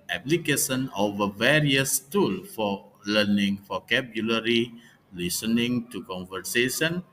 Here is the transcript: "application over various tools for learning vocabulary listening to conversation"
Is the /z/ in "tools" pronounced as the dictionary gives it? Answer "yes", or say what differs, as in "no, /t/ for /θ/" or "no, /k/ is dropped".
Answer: no, /z/ is dropped